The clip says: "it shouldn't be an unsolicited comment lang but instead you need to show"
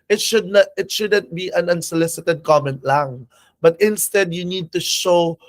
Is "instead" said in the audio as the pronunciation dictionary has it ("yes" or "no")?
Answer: yes